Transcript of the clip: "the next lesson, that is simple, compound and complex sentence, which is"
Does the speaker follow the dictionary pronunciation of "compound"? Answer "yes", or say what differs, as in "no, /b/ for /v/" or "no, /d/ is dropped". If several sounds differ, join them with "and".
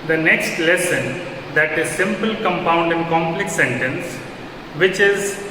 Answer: yes